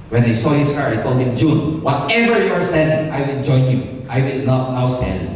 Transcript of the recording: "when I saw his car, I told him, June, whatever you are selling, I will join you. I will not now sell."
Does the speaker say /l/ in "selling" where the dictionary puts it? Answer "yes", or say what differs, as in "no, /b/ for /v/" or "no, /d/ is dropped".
no, /n/ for /l/